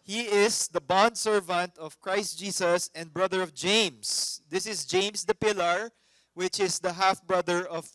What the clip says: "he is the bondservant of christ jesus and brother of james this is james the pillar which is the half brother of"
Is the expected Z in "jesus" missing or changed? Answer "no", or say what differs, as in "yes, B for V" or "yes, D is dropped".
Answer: yes, S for Z